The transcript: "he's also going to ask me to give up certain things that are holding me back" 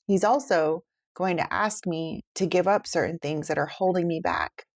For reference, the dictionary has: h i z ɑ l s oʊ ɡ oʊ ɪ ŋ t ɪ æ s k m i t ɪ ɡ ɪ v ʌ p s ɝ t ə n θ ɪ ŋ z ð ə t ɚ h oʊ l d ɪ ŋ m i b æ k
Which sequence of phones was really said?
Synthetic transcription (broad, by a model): h i z ɑ l s oʊ ɡ oʊ ɪ ŋ t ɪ æ s k m i t ɪ ɡ ɪ v ʌ p s ɝ t n θ ɪ ŋ z ð ə t ɚ h oʊ l d ɪ ŋ m i b æ k